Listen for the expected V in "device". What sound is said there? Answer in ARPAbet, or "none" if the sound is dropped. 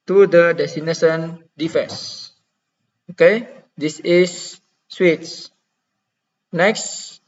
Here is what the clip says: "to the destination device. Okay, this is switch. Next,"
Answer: F